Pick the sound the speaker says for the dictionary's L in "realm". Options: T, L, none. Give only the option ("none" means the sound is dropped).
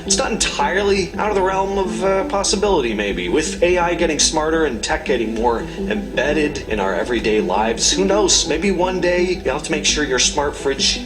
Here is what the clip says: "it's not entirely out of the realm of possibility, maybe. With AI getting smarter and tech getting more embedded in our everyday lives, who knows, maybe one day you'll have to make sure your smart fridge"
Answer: L